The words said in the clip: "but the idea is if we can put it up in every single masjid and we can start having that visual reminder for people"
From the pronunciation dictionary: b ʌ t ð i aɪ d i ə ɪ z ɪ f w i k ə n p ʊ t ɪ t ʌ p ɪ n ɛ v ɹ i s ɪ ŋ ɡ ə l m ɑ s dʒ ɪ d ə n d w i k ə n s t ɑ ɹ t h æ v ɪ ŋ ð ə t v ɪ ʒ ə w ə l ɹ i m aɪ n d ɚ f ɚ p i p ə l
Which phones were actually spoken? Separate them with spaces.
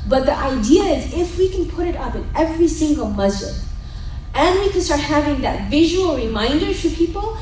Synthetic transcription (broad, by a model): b ʌ t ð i aɪ d i ə ɪ z ɪ f w i k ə n p ʊ t ɪ t ʌ p ɪ n ɛ v ɹ i s ɪ ŋ ɡ ə l m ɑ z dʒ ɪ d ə n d w i k ə n s t ɑ ɹ t h æ v ɪ ŋ ð ə t v ɪ ʒ ə w ə l ɹ i m aɪ n d ɚ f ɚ p i p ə l